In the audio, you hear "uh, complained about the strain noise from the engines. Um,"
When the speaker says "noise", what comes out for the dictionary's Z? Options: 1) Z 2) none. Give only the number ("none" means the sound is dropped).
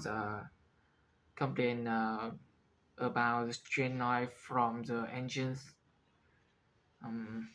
2